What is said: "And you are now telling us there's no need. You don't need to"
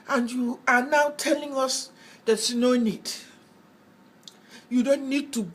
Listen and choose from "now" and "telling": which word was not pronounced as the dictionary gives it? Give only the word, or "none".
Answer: none